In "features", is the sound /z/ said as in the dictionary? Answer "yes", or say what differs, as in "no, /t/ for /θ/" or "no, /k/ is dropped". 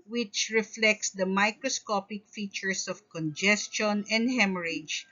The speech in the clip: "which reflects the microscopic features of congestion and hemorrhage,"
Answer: no, /s/ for /z/